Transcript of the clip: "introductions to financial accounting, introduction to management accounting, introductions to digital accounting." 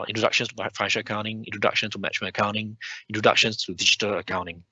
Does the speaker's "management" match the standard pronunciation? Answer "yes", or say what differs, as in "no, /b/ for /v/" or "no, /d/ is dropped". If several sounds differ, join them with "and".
no, /tʃ/ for /dʒ/ and /t/ is dropped